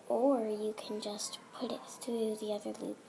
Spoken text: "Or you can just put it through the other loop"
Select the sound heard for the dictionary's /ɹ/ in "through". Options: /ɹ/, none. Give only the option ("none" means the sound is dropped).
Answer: none